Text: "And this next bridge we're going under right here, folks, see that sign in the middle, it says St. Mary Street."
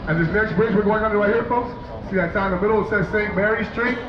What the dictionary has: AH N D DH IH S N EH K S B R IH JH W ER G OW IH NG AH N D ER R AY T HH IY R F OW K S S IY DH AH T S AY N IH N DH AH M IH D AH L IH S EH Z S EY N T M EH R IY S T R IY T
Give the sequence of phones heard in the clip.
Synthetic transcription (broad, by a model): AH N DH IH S N EH K S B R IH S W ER G OW IH NG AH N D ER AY HH IY R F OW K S S IY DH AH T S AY IH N DH AH M IH D L IH S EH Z S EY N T M EH R IY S T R IY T